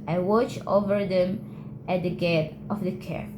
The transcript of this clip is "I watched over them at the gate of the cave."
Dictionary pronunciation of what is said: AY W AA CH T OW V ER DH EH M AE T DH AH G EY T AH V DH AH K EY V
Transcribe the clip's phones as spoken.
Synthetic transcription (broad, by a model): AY W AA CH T OW V ER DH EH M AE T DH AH G EY T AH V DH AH K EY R